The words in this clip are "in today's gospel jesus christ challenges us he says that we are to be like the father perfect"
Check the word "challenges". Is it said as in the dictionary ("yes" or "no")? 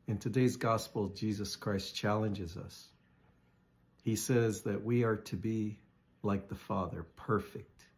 yes